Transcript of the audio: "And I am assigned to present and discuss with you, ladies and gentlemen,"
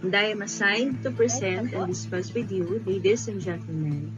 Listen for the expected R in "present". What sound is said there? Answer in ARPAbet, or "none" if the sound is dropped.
none